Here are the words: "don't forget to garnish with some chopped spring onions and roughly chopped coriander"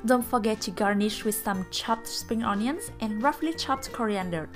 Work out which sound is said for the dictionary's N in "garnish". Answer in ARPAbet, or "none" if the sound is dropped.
N